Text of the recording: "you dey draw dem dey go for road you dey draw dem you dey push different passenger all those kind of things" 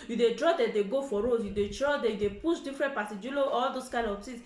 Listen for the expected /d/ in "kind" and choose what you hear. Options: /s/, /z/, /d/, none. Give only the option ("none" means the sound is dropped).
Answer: none